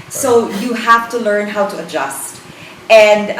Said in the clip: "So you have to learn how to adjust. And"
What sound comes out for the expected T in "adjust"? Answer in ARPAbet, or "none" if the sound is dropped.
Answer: T